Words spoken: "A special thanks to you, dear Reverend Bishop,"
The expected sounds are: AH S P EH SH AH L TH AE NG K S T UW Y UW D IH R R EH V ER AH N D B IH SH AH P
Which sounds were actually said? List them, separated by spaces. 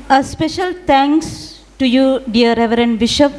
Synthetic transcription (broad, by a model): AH S P EH SH AH L T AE NG K S T UW Y UW D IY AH R EH V ER AH N D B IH SH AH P